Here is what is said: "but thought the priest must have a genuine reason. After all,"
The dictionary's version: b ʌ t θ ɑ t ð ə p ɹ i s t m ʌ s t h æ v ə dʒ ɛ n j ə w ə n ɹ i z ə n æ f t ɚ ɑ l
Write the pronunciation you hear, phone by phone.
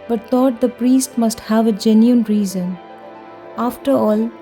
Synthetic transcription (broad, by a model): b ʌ t t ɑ t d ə p ɹ i s t m ʌ s t h æ v ə dʒ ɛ n j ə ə n ɹ i z ə n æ f t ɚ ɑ l